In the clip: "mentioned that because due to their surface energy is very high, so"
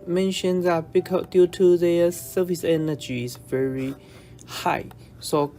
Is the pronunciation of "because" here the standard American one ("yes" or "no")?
no